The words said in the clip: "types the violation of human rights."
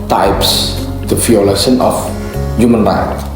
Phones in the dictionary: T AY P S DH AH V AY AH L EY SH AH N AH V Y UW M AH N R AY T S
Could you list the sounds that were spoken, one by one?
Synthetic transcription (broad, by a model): T AY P S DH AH F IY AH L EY S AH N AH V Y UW M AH N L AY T